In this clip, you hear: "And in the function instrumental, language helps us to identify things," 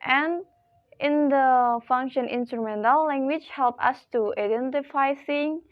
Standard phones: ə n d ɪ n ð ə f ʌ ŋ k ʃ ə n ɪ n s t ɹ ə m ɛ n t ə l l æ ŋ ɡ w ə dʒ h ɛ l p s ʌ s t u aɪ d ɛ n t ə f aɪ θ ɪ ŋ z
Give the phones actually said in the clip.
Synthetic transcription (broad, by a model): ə n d ɪ n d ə f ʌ ŋ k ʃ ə n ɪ n s t ɹ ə m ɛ n t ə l l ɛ ŋ ɡ w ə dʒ h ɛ l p ʌ s t u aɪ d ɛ n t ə f aɪ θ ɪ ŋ